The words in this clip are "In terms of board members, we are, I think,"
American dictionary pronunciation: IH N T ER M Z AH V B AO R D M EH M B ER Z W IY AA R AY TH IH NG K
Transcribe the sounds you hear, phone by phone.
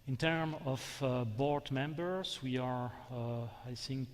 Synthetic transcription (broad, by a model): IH N T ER M AH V B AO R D M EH M B ER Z W IY AA R AY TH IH NG K